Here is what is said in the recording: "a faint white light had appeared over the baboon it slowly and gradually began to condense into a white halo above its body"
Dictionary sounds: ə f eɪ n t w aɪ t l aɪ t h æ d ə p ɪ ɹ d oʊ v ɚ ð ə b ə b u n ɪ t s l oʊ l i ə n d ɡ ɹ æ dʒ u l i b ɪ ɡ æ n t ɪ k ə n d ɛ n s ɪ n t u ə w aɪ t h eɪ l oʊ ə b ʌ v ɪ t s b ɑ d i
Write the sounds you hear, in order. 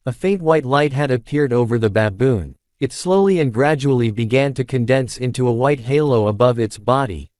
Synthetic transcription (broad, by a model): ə f eɪ n t w aɪ t l aɪ t h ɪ d ə p ɪ ɹ d oʊ v ɚ ð ə b ə b u n ɪ t s l oʊ l i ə n ɡ ɹ æ dʒ u l i b ɪ ɡ æ n t ɪ k ə n d ɛ n s ɪ n t u ə w aɪ t h eɪ l oʊ ə b ʌ v ɪ t s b ɑ d i